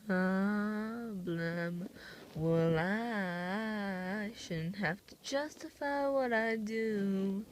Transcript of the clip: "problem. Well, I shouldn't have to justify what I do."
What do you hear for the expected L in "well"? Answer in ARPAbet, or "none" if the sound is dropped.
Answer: L